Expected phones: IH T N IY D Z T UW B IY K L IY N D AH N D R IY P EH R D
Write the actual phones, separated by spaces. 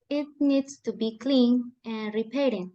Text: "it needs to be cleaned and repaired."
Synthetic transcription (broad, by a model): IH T N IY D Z T UW B IY K L IY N AH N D R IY P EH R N